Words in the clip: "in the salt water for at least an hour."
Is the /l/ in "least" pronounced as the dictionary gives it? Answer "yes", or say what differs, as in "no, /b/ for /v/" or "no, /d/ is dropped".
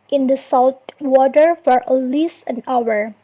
yes